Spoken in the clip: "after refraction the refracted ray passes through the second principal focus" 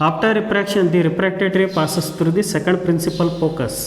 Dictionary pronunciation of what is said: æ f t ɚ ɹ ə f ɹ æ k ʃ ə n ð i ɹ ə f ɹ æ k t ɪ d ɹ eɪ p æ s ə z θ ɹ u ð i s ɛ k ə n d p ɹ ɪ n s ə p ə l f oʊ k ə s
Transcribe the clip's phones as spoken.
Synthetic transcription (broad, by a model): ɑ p t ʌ ɹ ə p ɹ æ k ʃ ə n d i ɹ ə p ɹ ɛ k t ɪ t ɹ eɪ p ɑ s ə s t ɹ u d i s ɛ k ə n d p ɹ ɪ n s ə p ə l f oʊ k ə s